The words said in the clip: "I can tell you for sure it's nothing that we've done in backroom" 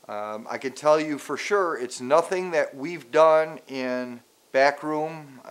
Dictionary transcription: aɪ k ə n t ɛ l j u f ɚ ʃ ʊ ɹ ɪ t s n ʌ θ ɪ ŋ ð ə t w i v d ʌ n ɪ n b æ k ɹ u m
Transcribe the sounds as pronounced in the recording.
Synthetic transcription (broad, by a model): aɪ k ə n t ɛ l j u f ɚ ʃ ʊ ɹ ɪ t s n ʌ θ ɪ ŋ ð ə t w i v d ʌ n ɪ n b æ k ɹ u m